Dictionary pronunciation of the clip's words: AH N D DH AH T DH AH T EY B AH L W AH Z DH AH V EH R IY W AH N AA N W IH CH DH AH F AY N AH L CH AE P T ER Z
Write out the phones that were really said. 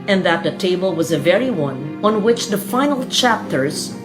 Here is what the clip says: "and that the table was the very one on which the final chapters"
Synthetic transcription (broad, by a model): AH N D DH AH T DH AH T EY B AH L W AH Z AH V EH R IY W AH N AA N W IH CH DH AH F AY N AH L CH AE P T ER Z